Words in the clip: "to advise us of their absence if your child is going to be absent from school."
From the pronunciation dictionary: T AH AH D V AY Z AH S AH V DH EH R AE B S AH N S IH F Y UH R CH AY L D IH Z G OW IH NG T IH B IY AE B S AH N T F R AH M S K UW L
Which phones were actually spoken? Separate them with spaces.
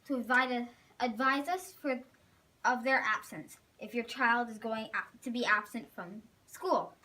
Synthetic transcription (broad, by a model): T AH AH D V AY Z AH S AH V DH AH R AE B S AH N S IH F Y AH R CH AY L D IH Z G OW IH NG T IH B IY AE B S AH N T F R AH M S K UW L